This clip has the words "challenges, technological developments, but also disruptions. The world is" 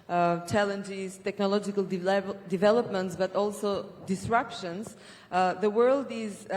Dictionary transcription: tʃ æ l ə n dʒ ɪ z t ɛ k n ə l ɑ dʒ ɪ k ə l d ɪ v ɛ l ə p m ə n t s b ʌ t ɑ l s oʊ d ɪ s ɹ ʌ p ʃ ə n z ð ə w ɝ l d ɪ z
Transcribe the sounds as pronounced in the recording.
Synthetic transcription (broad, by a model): tʃ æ l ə n dʒ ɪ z t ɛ k n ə l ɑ dʒ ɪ k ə l d ɪ v ɛ l ə p m ə n t s b ʌ t ɑ l s oʊ d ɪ s ɹ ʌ p ʃ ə n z ð ə w ɝ l d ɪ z